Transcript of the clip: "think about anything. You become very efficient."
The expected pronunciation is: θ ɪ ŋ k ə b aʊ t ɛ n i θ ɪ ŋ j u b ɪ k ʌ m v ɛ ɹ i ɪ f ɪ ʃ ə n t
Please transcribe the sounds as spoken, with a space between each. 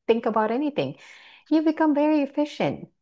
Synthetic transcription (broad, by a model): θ ɪ ŋ k ə b aʊ t ɛ n i θ ɪ ŋ j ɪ b ɪ k ʌ m v ɛ ɹ i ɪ f ɪ ʃ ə n t